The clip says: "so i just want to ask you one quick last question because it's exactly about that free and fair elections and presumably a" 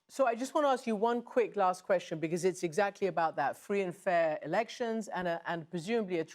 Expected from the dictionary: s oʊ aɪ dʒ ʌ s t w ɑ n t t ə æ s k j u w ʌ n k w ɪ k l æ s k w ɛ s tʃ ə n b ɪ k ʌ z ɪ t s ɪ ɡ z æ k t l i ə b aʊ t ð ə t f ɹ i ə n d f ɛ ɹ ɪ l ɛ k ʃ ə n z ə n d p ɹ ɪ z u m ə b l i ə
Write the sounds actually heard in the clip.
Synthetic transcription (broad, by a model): s oʊ aɪ dʒ ʌ s t w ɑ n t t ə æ s k j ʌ w ʌ n k w ɪ k l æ s k w ɛ s tʃ ə n b ɪ k ʌ z ɪ t s ɪ ɡ z æ k t l i ə b aʊ t ð ə t f ɹ i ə n f ɛ ɹ ɪ l ɛ k ʃ ə n z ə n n p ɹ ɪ z u m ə b l i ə